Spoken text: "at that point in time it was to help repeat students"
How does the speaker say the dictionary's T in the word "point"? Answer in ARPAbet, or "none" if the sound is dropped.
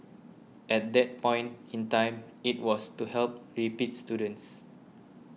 T